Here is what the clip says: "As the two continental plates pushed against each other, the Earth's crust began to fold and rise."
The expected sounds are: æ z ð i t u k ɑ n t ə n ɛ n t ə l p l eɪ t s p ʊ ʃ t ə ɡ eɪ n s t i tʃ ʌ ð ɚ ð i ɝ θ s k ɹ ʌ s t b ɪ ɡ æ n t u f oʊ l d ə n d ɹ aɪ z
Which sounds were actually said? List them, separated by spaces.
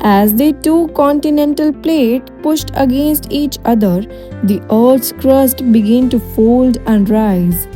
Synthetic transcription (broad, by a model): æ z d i t u k ɑ n t ə n ɛ n t ə l p l eɪ t p ʊ ʃ t ə ɡ eɪ n s t i tʃ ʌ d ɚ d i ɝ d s k ɹ ʌ s t b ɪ ɡ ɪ n t u f oʊ l d ə n d ɹ aɪ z